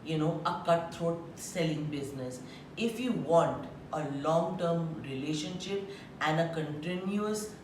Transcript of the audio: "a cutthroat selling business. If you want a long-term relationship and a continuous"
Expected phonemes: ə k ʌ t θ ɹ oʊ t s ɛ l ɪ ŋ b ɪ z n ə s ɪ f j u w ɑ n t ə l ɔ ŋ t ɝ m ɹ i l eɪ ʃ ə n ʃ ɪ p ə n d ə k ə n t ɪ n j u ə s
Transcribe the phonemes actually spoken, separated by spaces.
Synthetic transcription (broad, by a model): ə k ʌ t t ɹ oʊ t s ɛ l ɪ ŋ b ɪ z n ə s ɪ f j u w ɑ n t ə l ɔ ŋ t ɝ m ɹ i l eɪ ʃ ə n ʃ ɪ p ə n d ə k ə n t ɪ n j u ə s